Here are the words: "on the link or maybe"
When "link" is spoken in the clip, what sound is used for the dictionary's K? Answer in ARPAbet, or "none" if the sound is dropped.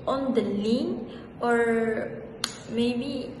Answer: none